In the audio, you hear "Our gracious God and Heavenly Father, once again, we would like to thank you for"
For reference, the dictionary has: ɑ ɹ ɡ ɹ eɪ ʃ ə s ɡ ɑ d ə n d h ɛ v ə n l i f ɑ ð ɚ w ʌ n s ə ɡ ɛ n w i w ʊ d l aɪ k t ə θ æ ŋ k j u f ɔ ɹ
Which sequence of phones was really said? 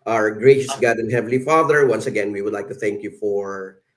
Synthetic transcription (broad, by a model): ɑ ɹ ɡ ɹ eɪ ʃ ə s ɡ ɑ d ə n d h ɛ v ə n l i f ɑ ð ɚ w ʌ n s ə ɡ ɛ n w i w ʊ d l aɪ k t ə θ æ ŋ k j u f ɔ ɹ